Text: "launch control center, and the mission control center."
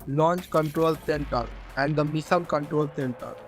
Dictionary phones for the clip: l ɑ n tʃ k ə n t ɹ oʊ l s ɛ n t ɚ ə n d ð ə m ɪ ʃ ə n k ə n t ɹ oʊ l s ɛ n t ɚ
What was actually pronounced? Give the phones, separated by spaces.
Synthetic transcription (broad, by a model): l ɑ n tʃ k ə n t ɹ oʊ l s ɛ n t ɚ ə n d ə m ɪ s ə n k ə n t ɹ oʊ l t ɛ n t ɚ